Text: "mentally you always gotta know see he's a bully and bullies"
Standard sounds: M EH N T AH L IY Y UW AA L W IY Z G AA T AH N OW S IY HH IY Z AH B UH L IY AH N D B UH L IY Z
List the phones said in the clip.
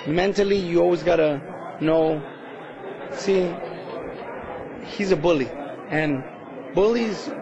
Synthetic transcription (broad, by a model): M EH N T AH L IY Y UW AA L W IY Z G AA T AH N OW S IY HH IY Z AH B UH L IY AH N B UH L IY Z